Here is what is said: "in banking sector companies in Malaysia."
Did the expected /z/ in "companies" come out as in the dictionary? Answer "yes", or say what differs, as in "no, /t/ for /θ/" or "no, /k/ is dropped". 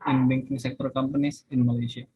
no, /s/ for /z/